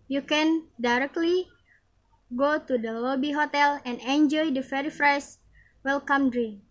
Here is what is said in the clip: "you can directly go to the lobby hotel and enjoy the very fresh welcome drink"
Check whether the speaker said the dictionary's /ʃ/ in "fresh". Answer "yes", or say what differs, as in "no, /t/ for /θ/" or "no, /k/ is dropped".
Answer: no, /s/ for /ʃ/